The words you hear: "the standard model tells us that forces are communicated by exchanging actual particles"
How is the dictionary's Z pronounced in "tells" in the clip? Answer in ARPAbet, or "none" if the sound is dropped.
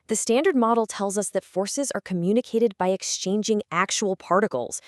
Z